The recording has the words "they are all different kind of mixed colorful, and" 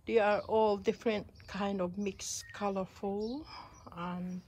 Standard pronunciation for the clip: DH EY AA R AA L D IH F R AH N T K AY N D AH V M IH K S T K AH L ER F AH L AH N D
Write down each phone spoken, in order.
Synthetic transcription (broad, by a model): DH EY AA R AA L D IH F R AH N T K AY N D AH V M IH K S K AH L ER F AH L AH N